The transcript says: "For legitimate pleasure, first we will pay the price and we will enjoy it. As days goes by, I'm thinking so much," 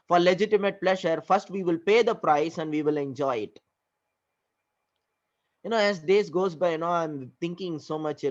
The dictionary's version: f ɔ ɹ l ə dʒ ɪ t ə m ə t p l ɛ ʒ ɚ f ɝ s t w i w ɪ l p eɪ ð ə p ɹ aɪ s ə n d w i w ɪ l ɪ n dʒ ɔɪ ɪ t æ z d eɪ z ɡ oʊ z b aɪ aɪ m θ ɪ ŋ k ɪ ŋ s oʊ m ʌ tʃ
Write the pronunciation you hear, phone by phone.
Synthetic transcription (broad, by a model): f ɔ ɹ l ə dʒ ɪ t ə m ə t p l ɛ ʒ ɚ f ɝ s t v i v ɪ l p eɪ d ə p ɹ aɪ s ə n d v i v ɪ l ɪ n dʒ ɔɪ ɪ t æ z d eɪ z ɡ oʊ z b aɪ aɪ m t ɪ ŋ k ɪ ŋ s oʊ m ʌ tʃ